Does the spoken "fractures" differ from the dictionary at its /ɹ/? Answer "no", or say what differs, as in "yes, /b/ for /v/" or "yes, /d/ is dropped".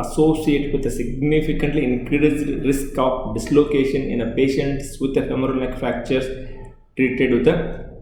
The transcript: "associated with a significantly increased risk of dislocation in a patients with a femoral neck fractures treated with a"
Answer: yes, /ɹ/ is dropped